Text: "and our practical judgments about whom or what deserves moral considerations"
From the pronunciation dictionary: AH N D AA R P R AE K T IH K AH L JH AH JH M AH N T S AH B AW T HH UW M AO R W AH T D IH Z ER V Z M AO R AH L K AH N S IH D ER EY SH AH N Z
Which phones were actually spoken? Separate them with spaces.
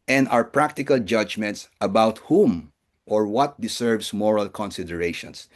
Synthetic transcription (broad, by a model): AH N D AA R P R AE K T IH K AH L JH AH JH M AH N T S AH B AW T HH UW M AO R W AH T D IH S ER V S M AO R AH L K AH N S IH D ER EY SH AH N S